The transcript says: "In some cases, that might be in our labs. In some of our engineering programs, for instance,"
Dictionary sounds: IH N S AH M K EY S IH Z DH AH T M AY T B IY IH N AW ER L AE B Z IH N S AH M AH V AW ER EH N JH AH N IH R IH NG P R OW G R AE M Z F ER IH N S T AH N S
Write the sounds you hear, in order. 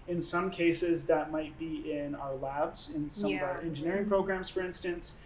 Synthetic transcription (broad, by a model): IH N S AH M K EY S IH Z DH AH T M AY T B IY IH N AW ER L AE B Z IH N S AH M AH V AW ER EH N JH AH N IH R IH NG P R OW G R AE M Z F ER IH N S T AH N S